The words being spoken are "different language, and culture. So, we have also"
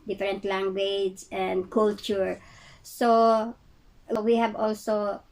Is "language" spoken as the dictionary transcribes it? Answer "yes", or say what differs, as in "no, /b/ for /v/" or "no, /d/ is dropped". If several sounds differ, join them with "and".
yes